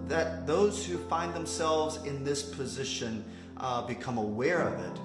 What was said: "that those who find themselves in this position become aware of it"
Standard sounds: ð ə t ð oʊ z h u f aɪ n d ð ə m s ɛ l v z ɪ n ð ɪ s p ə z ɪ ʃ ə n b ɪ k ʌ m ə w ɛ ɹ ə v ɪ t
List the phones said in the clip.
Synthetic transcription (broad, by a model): ð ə t ð oʊ z h u f aɪ n ð ə m s ɛ l v z ɪ n ð ɪ s p ə z ɪ ʃ ə n b ɪ k ʌ m ə w ɛ ɹ ə v ɪ t